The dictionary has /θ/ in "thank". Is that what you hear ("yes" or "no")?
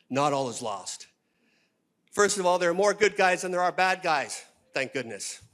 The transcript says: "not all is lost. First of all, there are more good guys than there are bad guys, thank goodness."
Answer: yes